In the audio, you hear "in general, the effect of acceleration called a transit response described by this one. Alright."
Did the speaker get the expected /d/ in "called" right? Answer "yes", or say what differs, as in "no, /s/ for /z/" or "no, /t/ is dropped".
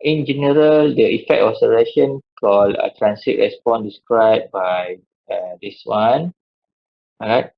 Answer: no, /d/ is dropped